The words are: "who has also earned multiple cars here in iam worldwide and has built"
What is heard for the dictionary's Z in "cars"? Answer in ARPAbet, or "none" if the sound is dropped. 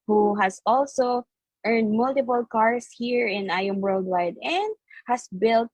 S